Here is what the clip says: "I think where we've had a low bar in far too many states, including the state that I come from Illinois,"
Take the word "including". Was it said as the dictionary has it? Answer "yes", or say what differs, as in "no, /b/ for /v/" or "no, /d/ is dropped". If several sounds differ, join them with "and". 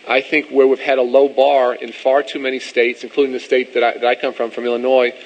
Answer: yes